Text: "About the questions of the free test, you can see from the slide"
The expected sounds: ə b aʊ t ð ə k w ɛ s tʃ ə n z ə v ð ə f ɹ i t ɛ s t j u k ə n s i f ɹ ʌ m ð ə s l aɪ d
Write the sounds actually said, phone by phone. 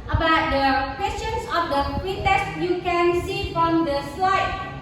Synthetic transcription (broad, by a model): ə b aʊ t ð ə k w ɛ s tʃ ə n s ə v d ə p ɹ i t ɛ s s j u k ə n s i f ɹ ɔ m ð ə s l aɪ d